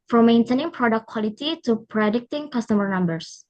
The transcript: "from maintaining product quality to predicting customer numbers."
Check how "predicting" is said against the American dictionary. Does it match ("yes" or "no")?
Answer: yes